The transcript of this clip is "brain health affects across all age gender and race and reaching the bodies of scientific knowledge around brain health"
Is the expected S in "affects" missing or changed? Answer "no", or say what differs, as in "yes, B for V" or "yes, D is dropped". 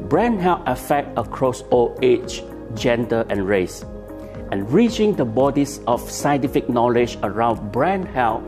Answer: yes, S is dropped